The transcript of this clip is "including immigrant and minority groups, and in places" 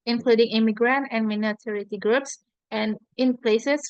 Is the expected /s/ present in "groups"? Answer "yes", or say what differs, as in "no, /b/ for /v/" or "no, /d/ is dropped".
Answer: yes